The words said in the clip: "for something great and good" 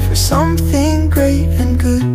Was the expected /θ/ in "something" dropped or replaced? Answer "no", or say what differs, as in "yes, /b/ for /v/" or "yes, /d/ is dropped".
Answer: no